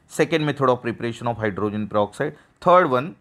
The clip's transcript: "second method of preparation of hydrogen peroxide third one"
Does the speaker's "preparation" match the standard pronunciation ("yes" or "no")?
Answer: yes